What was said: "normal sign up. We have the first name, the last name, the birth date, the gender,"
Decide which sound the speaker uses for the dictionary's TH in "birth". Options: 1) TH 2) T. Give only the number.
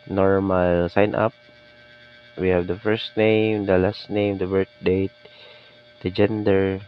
2